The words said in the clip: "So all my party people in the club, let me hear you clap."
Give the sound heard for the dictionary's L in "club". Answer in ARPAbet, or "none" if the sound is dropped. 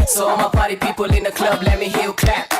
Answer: L